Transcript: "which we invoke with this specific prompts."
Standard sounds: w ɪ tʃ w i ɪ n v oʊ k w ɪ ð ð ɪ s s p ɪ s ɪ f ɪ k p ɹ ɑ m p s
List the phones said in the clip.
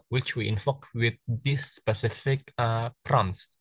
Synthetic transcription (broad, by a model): w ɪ tʃ w i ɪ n f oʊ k w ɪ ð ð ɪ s s p ɪ s ɪ f ɪ k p ɹ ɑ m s